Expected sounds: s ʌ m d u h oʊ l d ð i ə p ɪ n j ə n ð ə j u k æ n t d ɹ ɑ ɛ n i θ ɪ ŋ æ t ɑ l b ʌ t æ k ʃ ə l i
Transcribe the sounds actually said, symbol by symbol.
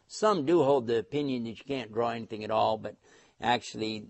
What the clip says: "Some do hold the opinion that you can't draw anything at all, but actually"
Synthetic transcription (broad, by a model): s ʌ m d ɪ h oʊ l d ð i ə p ɪ n j ə n ð ə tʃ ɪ k æ n d ɹ ɑ ɛ n i θ ɪ ŋ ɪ t ɑ l b ʌ t æ k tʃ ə l i